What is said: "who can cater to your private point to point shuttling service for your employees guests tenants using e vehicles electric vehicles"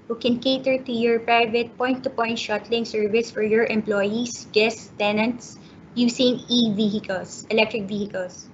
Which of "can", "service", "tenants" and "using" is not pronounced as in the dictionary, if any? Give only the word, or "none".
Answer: using